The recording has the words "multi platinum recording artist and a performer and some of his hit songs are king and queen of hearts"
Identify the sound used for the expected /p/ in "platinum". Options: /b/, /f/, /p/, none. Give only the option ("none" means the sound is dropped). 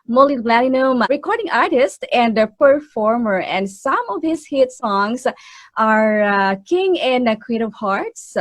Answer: /b/